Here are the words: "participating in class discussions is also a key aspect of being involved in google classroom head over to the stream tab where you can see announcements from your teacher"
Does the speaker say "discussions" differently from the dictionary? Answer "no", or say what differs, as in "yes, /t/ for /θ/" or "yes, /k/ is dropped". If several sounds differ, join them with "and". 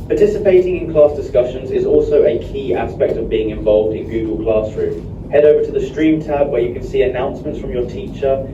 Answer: no